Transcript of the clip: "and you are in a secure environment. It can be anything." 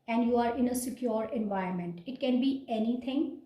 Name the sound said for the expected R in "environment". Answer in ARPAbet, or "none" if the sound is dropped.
none